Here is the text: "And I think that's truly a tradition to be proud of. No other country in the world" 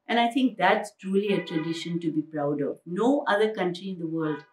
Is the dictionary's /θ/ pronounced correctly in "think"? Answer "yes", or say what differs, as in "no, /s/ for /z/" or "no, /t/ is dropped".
no, /t/ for /θ/